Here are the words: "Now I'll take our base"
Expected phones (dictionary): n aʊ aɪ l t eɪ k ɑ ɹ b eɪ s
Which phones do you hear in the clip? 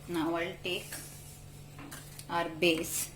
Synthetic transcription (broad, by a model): n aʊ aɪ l t eɪ k ɑ ɹ b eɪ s